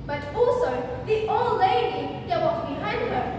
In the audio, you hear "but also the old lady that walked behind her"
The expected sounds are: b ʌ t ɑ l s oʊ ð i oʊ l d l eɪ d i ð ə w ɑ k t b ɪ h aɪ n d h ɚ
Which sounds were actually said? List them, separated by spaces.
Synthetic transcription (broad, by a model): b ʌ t ɑ l s oʊ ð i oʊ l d l eɪ d i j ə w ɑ t b ɪ h aɪ n d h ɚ